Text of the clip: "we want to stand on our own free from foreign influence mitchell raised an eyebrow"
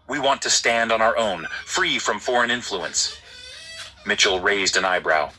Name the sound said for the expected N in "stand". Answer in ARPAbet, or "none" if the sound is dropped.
N